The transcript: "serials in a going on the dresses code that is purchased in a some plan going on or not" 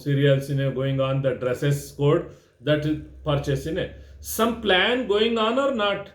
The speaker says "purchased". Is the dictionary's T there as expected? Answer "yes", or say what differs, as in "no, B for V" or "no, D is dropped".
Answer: no, T is dropped